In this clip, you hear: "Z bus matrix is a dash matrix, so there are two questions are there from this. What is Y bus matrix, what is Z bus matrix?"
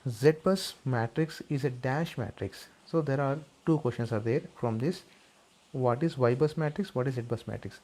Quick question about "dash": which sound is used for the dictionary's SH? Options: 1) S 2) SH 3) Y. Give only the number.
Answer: 2